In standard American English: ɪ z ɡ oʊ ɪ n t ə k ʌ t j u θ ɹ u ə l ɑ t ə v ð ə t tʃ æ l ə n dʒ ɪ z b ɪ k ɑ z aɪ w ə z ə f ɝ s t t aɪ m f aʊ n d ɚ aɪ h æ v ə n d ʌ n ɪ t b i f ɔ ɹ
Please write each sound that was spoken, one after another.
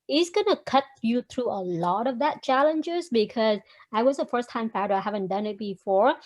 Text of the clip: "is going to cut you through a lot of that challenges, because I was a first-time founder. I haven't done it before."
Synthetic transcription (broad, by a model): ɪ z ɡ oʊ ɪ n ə k ʌ t j u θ ɹ u ə l ɑ t ə v ð ə t tʃ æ l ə n dʒ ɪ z b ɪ k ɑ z aɪ w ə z ə f ɝ s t t aɪ m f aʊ d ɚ aɪ h æ v ə n d ʌ n ɪ t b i f ɔ ɹ